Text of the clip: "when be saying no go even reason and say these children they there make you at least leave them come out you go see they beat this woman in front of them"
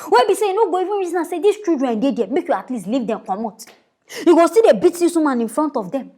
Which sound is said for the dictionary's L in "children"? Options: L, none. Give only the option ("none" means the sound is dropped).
none